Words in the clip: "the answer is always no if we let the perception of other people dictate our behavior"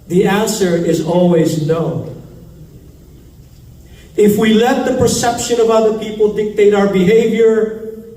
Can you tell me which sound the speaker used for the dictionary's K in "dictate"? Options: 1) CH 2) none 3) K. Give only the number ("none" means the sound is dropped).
3